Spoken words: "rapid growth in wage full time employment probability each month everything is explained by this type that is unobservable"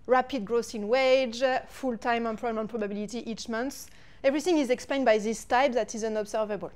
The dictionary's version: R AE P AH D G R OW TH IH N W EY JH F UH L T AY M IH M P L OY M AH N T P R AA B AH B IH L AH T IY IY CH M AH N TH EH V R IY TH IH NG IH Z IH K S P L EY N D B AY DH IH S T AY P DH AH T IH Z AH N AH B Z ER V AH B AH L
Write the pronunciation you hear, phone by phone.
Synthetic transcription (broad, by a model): R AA P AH D G R OW S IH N W EY JH F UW L T AY M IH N P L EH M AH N P R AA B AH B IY L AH T IY IY CH M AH N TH EH V R IY TH IH NG IH Z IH K S P L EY N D B AY DH IH S T AY P DH AH T IH Z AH N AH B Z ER V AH B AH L